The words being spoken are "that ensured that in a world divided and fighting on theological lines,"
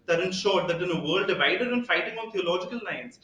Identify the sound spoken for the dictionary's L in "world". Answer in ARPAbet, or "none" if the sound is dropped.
none